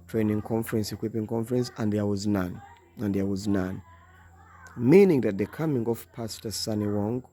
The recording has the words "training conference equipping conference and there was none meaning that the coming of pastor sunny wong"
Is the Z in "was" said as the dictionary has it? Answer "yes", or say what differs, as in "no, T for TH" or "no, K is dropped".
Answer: yes